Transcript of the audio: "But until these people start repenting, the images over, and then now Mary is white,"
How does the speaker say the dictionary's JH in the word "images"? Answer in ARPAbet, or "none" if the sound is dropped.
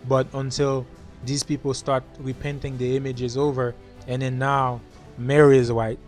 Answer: JH